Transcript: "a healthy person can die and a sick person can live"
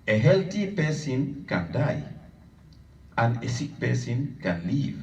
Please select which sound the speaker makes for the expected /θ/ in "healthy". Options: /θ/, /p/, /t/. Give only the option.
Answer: /t/